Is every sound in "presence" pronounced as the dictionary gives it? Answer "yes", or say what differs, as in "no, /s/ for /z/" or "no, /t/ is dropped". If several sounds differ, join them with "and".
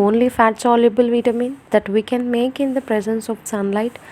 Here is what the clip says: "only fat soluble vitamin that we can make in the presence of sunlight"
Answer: yes